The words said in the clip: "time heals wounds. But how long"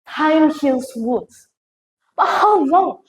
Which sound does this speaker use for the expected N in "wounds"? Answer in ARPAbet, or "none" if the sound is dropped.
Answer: none